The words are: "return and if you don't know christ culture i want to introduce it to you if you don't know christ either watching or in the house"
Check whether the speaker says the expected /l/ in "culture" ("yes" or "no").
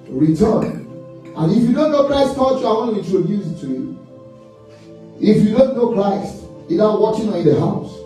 no